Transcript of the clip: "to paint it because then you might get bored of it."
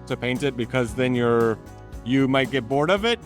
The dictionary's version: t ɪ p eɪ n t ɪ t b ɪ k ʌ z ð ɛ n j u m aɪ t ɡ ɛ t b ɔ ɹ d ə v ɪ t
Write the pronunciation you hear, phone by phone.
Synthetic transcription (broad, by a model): t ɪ p eɪ n t ɪ t b ɪ k ʌ z ð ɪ n j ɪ m aɪ t ɡ ɛ t b ɔ ɹ d ə v ɪ t